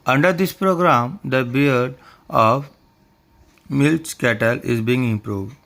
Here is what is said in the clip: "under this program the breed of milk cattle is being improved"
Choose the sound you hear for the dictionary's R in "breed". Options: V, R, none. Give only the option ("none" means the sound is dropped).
none